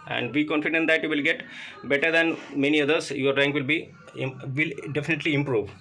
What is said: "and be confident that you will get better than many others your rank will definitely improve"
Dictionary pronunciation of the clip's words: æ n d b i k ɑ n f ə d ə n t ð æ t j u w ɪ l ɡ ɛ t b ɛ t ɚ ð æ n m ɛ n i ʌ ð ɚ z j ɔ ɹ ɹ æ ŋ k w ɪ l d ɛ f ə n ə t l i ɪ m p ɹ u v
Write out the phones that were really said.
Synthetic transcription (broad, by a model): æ n d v i k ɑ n f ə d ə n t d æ t j u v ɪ l ɡ ɛ t b ɛ t ɚ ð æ n m ɛ n i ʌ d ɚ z j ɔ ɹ ɹ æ ŋ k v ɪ l d ɛ f ə n ə t l i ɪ m p ɹ u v